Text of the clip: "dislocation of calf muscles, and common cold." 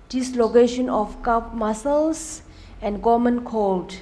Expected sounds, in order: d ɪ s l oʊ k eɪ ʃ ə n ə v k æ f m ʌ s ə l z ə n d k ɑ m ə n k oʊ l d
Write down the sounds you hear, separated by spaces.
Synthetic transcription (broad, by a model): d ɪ s l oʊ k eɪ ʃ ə n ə f k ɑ p m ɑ s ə l s ə n d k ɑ m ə n k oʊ l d